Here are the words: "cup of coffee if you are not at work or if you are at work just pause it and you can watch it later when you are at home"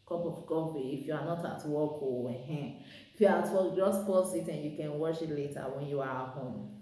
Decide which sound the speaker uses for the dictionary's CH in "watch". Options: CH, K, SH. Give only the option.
SH